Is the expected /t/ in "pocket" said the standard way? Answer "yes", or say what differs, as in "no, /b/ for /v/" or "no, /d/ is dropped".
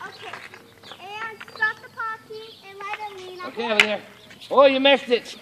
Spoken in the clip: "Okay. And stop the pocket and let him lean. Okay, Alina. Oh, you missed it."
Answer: no, /t/ is dropped